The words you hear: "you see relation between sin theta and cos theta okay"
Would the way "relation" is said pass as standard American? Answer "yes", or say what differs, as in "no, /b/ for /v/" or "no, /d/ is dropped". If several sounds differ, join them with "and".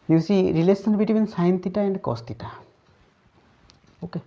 no, /s/ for /ʃ/